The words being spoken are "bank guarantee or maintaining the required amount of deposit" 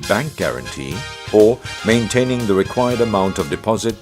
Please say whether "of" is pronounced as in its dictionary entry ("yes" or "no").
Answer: yes